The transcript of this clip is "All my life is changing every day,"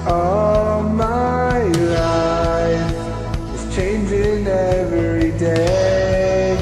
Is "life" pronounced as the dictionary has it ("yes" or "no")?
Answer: no